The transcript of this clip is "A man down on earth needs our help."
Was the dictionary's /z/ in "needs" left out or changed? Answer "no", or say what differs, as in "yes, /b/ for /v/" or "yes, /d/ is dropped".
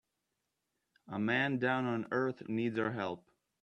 no